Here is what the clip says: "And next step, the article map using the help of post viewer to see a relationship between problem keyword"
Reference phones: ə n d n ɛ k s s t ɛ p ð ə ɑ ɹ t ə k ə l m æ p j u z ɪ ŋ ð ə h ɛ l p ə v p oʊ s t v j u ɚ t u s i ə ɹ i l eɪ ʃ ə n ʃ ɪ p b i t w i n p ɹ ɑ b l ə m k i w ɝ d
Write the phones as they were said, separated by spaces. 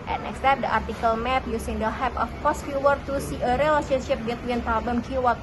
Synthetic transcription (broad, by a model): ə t n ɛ k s s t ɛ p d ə ɑ ɹ t ə k ə l m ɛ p j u s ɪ ŋ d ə h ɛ p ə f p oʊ s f j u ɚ t u s i ə ɹ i l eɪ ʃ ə n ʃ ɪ p b i t w i n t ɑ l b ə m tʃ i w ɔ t